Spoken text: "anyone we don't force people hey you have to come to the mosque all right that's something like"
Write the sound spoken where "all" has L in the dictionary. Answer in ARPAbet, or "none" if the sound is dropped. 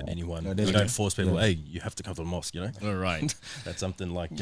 N